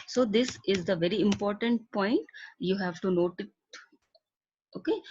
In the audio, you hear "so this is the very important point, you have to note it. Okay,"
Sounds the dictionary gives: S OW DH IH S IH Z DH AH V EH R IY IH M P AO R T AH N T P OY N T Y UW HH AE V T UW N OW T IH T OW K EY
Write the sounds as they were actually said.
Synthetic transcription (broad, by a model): S OW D IH S IH Z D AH V EH R IY IH M P AO R T AH N T P OY N T Y UW HH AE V T UW N OW T IH T OW K EY